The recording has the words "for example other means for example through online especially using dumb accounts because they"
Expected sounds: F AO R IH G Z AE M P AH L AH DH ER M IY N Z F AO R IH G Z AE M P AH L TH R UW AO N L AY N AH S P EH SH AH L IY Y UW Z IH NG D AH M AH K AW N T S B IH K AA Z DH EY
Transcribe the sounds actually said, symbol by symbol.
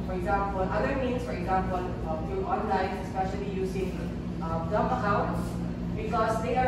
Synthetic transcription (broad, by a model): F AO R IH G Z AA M P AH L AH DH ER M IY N S F AO R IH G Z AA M P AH L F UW AO N L AY N AH S P EH SH AH L IY Y UW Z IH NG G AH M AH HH AW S B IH K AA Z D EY